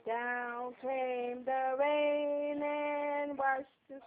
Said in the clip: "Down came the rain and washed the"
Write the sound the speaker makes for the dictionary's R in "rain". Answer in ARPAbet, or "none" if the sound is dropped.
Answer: W